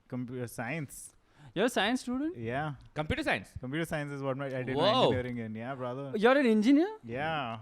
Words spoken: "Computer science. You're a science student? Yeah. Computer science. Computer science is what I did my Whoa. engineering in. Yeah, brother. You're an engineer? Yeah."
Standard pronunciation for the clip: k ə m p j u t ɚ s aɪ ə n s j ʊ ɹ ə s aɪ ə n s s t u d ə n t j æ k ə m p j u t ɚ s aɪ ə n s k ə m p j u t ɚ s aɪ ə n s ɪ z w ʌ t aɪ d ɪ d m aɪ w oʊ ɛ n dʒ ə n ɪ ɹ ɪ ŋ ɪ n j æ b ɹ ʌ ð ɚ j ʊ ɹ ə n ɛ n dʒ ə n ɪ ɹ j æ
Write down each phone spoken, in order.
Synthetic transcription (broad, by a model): k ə m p j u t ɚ s aɪ ə n s j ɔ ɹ ə s aɪ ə n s s t u d ə n t j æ k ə m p j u t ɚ s aɪ ə n s k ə m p j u t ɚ s aɪ ə n s ɪ z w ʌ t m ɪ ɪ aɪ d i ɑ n ə ʌ ɹ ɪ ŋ ɪ n j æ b ɹ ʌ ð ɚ j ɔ ɹ ə n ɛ n dʒ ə n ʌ ɹ j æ